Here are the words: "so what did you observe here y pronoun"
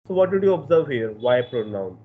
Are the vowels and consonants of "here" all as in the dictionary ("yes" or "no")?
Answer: yes